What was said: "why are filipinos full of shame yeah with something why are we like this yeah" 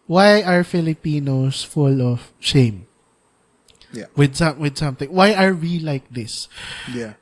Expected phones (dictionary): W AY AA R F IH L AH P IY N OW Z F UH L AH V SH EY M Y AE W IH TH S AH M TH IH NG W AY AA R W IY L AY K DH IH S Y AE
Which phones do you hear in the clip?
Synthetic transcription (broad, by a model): W AY AA R F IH L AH P IY N OW S F UH L AH V SH EY M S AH W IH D S AH M TH IH NG W AY AA R W IY L AY K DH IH S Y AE